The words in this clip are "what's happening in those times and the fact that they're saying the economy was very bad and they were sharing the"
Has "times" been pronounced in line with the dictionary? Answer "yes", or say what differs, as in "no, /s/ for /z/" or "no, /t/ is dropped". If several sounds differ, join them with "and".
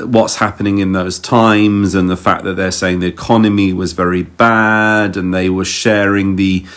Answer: yes